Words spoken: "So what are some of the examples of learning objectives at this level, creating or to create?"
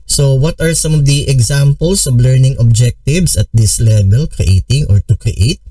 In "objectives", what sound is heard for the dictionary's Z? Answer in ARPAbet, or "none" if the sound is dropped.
S